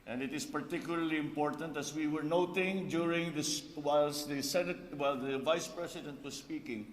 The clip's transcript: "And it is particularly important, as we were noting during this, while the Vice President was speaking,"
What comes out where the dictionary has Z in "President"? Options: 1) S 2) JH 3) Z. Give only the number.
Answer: 1